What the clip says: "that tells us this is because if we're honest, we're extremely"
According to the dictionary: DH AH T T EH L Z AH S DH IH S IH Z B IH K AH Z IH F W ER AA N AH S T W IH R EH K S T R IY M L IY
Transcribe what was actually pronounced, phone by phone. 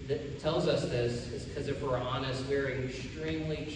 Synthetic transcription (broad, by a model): DH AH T T EH L Z AH S DH IH S IH Z K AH Z IH F W ER AA N AH S T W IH R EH K S T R IY M L IY